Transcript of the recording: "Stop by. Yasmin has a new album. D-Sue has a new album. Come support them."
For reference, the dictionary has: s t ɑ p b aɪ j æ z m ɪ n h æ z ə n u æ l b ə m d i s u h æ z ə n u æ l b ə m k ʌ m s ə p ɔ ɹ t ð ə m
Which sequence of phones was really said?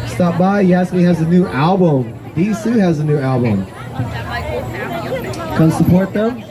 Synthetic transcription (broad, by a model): s t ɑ p b aɪ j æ s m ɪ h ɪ z ə n u æ l b ə m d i s u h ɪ z ə n u æ l b ə m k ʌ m s ə p ɔ ɹ t ð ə m